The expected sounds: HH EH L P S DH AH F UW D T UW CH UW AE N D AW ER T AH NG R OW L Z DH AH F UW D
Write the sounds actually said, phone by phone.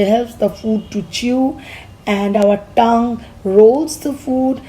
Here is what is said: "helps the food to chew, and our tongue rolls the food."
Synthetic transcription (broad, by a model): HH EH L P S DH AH F UW D T UW CH UW AE N D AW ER T AH NG R OW L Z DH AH F UW D